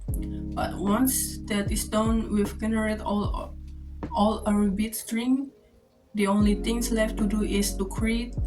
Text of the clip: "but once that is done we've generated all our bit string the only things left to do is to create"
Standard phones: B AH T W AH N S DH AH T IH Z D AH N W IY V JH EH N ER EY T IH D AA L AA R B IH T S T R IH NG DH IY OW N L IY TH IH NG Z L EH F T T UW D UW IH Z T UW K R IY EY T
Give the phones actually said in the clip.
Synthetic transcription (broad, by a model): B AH T W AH N S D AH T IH S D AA N W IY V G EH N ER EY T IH AA L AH R B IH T S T R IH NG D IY OW N L IY T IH NG S L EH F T T UW D UW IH S T UW K R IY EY T